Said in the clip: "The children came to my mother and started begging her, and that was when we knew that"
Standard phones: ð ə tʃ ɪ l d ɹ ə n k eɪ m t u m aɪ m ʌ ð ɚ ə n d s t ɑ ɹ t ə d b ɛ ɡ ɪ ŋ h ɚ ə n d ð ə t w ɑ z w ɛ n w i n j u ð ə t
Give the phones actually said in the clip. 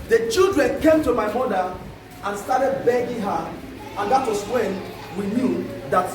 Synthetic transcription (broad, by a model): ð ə tʃ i l d ɹ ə n k eɪ m t u m aɪ m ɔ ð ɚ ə n s t ɑ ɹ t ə d b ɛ ɡ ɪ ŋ h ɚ ə n d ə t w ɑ s w ɛ n w i n j u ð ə t